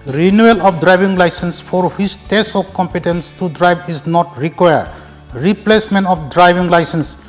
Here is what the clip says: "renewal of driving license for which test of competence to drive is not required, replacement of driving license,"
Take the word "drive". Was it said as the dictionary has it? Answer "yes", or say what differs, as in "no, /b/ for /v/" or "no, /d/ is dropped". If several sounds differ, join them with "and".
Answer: no, /b/ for /v/